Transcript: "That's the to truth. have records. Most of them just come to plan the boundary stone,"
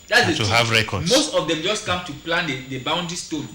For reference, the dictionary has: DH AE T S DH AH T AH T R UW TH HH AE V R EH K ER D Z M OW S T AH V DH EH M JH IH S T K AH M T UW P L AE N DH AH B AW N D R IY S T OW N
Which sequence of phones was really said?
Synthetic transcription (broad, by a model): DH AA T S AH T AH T UW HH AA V R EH K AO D M OW S T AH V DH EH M JH IH S T K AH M T UW P L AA N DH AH B AW N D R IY S T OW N